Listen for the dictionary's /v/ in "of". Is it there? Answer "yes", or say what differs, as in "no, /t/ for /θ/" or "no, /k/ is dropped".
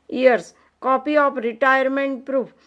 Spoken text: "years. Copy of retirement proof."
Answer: no, /p/ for /v/